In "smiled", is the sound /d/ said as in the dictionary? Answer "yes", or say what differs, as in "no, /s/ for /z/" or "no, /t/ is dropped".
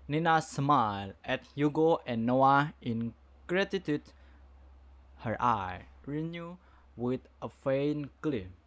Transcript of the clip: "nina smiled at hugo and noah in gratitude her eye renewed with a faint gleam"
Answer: no, /d/ is dropped